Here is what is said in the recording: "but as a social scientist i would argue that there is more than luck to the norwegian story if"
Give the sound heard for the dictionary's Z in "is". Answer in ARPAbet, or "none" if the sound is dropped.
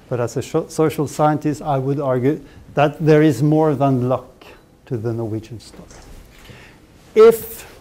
Z